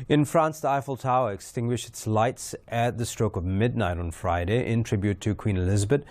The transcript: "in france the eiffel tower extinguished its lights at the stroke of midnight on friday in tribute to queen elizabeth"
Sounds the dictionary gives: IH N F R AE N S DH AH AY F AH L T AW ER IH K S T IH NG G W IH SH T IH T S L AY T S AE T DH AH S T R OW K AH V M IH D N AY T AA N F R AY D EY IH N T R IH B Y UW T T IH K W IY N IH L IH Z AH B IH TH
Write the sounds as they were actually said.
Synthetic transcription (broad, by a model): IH N F R AE N S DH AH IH F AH L T AW ER IH K S T IH NG G W IH SH T IH T S L AY T S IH T DH AH S T R OW K AH V M IH D N AY T N F R AY D EY IH N T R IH B Y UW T T IH K W IY N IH L IH Z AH B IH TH